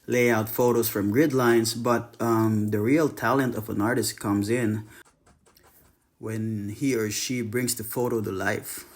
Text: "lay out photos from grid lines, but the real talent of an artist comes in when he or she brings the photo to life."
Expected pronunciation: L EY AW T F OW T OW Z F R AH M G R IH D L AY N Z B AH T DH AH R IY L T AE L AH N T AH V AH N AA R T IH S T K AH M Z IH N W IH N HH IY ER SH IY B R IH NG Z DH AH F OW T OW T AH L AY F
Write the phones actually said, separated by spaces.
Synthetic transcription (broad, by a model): L EY AW T F OW T OW Z F R AH M G R IH D L AY N Z B AH T DH AH R IY L T AE L AH N T AH V AH N AA R T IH S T K AH M Z IH N W IH N HH IY ER SH IY B R IH NG Z DH AH F OW T OW T AH L AY F